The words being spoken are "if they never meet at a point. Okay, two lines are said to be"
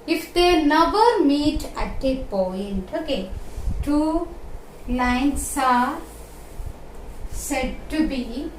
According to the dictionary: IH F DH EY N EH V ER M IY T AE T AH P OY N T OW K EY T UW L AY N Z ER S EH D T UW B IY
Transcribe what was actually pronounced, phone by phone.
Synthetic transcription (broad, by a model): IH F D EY N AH B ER M IY T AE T AH P OY N T OW K EY T UW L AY N S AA S EH D T UW B IY